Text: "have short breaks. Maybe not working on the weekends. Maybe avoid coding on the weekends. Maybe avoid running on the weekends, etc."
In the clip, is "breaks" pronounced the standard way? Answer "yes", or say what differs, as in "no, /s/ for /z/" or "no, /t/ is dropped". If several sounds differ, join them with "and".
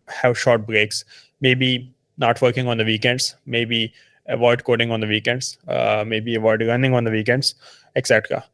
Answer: yes